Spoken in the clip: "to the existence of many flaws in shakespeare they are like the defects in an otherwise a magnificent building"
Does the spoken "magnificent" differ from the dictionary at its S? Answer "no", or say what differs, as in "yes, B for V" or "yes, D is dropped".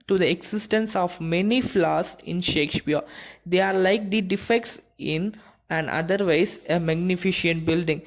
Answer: yes, SH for S